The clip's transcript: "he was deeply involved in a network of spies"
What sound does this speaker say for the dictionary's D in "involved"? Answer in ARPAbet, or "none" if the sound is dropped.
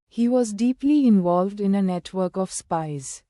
D